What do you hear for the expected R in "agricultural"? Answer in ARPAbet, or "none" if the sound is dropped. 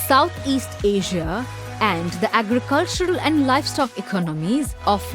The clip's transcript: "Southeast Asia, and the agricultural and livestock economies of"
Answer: R